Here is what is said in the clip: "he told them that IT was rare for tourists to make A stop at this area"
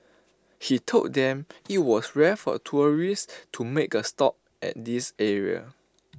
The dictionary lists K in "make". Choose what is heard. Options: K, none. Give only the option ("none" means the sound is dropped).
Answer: K